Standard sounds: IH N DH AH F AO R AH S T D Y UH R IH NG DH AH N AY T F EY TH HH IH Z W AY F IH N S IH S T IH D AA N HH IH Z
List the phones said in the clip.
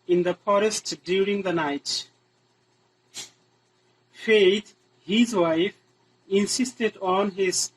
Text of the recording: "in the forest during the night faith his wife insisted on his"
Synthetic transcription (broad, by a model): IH N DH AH F AO R AH S T D Y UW R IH NG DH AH N AY T F EY T HH IH Z W AY F IH N S IH S T IH D AA N HH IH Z